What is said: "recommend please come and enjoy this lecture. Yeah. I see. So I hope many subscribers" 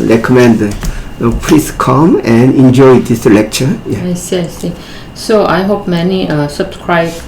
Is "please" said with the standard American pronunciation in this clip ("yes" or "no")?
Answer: no